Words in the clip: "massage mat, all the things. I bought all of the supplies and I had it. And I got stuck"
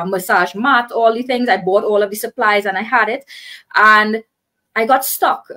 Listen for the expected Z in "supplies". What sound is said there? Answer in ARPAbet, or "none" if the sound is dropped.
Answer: Z